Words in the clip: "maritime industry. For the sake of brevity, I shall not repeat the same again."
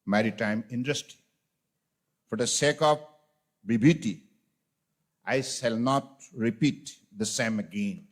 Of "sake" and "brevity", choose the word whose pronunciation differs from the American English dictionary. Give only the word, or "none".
brevity